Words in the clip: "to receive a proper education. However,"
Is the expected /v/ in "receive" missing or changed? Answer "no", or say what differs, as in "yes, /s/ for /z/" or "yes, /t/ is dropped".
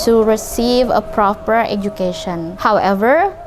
no